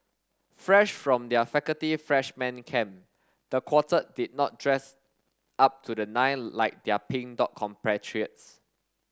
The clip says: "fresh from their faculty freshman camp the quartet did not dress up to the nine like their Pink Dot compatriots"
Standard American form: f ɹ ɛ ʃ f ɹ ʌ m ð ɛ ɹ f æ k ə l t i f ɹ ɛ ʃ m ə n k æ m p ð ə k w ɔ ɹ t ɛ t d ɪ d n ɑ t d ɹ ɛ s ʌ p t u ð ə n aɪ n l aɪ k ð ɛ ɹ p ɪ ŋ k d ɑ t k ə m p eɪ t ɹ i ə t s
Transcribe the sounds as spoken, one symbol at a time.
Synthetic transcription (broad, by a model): f ɹ ɛ ʃ f ɹ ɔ m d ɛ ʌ f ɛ k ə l t i f ɹ ɛ ʃ m ə n k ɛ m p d ə k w ɔ t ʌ d ɪ d n ɑ t d ɹ ɛ s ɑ p t u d ə n aɪ n l aɪ k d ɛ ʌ p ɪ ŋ d ɑ t k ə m p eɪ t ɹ i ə t s